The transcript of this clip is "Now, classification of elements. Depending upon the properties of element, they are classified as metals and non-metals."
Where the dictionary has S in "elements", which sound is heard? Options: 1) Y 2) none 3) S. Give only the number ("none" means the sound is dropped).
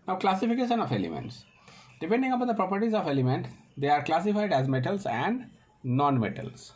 3